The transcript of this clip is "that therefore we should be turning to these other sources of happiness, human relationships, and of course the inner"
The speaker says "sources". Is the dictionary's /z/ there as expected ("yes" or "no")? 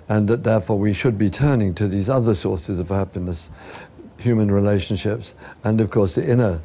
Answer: yes